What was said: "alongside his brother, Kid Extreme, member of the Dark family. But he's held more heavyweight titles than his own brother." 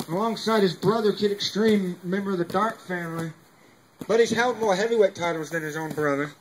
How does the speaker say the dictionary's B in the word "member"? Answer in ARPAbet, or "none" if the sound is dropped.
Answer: B